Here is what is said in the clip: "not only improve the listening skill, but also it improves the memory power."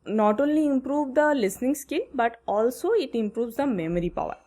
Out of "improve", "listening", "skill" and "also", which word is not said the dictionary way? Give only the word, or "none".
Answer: none